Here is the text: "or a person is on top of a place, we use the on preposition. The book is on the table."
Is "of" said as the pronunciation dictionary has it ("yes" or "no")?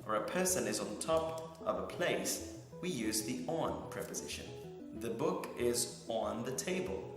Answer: yes